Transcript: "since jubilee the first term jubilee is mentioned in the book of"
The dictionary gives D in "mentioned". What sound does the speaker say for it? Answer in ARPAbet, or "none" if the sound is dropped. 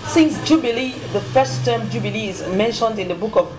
D